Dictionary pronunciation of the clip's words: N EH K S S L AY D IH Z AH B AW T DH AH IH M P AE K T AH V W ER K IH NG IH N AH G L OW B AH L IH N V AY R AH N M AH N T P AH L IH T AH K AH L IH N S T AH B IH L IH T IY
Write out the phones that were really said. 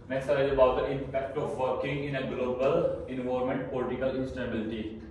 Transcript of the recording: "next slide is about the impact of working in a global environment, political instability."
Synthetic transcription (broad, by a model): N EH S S AY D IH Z AH B AW T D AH IH M P AE K T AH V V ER K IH NG IH N AH G L OW B AH L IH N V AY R M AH N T P AH L IH T AH K AH L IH N S T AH B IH L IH T IY